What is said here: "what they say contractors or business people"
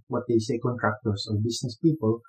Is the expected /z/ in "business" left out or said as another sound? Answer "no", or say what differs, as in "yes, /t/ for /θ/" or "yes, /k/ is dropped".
yes, /s/ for /z/